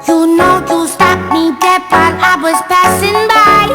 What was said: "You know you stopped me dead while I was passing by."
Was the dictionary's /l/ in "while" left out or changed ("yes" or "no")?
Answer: yes